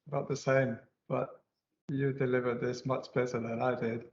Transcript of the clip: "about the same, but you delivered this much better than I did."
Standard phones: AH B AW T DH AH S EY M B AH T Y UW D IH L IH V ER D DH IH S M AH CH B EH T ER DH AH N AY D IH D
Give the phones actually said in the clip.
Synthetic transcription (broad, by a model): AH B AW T DH AH S EY M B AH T Y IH D IH L IH V ER D DH IH S M AH CH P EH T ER DH AH N AY D IH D